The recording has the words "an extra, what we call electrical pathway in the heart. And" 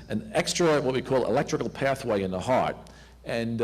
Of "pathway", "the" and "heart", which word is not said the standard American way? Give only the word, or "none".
none